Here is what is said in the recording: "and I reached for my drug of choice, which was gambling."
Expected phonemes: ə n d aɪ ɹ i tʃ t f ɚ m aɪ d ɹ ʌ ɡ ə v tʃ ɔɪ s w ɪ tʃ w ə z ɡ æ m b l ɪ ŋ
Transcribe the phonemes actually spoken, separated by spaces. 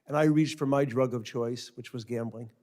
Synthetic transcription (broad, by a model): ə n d aɪ ɹ i tʃ t f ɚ m aɪ d ɹ ʌ ɡ ə v tʃ ɔɪ s w ɪ tʃ w ə z ɡ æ m b l ɪ ŋ